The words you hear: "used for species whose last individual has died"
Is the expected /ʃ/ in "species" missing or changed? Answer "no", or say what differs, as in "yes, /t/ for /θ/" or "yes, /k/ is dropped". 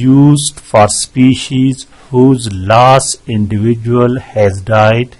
no